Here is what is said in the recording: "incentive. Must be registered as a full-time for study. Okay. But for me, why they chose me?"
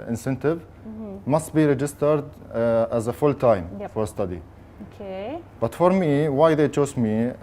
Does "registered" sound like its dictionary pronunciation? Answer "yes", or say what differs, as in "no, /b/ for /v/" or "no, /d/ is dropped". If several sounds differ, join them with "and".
yes